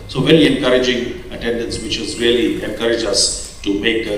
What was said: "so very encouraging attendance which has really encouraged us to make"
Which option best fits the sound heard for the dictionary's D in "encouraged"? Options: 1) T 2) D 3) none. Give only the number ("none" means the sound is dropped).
3